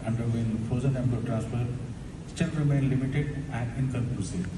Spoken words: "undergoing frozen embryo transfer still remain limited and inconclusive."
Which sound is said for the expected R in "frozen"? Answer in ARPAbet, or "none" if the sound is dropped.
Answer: none